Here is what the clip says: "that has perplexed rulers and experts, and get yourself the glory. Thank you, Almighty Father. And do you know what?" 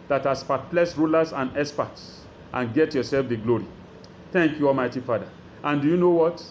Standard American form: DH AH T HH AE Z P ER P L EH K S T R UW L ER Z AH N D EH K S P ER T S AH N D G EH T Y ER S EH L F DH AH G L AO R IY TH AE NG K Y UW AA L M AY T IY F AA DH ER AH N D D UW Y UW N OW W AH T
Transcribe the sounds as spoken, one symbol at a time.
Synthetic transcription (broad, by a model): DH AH T HH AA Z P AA P L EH S R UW L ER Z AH N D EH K S P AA T S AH N G EH T Y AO S EH L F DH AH G L AO R IY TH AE NG K Y UW AA L M AY T IY F AA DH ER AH N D D UW Y UW N OW W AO T